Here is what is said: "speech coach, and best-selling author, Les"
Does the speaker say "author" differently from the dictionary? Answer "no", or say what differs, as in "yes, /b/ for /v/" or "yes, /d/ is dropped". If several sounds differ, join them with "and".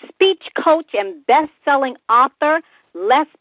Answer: no